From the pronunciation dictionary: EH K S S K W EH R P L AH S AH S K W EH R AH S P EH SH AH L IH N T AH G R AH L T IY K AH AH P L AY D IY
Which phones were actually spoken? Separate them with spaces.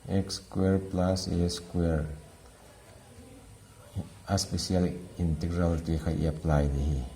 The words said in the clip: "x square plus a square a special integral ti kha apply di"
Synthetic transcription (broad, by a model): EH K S S K W EH R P L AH S AH S K W EH R AH S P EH S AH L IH N T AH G R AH L T IY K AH AH P L AY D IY